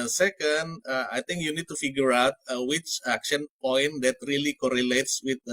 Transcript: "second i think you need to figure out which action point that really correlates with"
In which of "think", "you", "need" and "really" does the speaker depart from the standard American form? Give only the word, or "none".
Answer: think